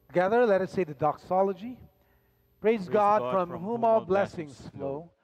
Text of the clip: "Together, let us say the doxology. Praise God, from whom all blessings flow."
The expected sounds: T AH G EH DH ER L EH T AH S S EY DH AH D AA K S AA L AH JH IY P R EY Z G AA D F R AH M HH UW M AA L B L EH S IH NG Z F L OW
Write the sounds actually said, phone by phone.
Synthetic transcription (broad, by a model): T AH G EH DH ER L EH T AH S S EY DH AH D AA K S AA L AH JH IY P R EY Z G AA D F R AH M HH UW M AA L B L EH S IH NG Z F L OW